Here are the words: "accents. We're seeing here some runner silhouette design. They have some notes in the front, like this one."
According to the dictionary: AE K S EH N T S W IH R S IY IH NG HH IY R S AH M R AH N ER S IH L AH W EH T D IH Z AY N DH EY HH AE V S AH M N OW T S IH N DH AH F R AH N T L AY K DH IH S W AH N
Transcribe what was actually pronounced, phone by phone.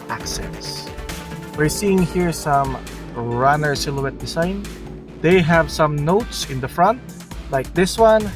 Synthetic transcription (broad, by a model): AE K S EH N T S W IH R S IY IH NG HH IY R S AH M R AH N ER S IH L AH W EH T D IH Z AY N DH EY HH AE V S AH M N OW T S IH N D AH F R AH N T L AY K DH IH S W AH N